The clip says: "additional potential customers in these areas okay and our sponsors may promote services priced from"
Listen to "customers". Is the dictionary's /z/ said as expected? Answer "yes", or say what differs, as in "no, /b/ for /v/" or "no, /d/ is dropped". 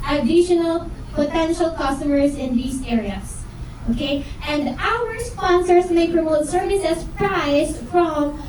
no, /s/ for /z/